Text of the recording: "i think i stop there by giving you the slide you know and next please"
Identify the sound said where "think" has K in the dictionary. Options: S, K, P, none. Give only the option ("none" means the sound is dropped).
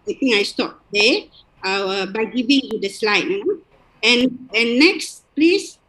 none